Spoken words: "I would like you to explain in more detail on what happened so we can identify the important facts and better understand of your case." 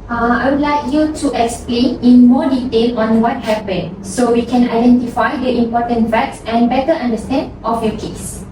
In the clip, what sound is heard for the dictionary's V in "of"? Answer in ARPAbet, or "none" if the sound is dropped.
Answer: F